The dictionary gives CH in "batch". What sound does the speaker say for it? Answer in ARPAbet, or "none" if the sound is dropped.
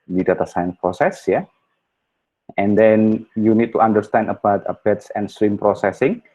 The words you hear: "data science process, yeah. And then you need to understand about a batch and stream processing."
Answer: S